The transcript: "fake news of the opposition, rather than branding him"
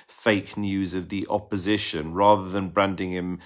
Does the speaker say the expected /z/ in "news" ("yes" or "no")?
yes